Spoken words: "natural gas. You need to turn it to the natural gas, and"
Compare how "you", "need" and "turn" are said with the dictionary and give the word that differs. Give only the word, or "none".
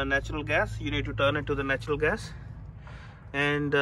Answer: none